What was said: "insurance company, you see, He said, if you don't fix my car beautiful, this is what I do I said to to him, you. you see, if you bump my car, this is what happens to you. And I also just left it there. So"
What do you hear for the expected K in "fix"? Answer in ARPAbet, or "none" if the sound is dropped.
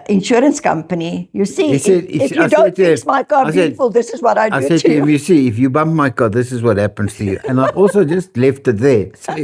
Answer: none